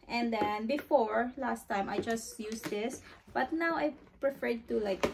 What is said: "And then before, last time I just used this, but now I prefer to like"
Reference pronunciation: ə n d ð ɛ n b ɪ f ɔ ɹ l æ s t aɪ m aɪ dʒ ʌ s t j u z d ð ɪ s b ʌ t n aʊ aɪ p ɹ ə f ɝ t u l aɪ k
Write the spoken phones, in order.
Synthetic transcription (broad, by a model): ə n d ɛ n b ɪ f ɔ ɹ l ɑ s t aɪ m aɪ dʒ ʌ s t j u s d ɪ s b ʌ t n aʊ aɪ p ɹ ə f ɝ t u l aɪ k